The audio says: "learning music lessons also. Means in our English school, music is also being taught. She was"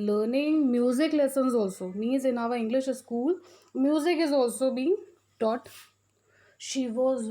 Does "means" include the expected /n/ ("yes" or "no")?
no